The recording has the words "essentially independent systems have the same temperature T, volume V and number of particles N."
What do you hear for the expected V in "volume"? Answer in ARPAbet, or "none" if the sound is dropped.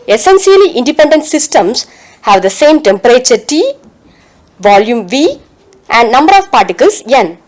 V